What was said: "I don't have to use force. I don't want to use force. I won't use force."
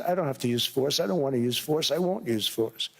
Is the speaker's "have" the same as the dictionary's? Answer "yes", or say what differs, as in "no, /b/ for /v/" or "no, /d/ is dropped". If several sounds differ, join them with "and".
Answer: no, /f/ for /v/